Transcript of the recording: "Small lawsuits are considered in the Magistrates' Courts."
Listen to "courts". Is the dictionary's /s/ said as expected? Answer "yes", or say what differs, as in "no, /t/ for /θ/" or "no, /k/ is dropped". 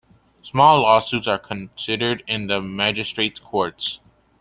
yes